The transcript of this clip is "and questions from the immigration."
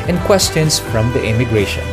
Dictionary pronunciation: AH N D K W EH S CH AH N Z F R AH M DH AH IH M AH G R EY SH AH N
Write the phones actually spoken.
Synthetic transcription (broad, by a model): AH N K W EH S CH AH N S F R AH M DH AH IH M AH G R EY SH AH N